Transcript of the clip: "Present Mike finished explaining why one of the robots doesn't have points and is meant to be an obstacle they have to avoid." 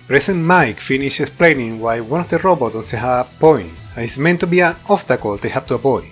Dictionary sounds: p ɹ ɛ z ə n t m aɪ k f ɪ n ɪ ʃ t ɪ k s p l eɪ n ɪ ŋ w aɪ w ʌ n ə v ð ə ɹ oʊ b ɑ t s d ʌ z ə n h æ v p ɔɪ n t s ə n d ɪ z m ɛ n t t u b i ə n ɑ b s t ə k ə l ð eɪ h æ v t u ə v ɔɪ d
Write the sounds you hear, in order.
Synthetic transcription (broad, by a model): p ɹ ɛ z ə n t m aɪ k f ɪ n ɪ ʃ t ɪ k s p l eɪ n ɪ ŋ w aɪ w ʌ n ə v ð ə ɹ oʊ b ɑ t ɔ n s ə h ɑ p ɔɪ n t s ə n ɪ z m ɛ n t t u b i ə n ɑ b s t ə k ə l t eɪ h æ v t u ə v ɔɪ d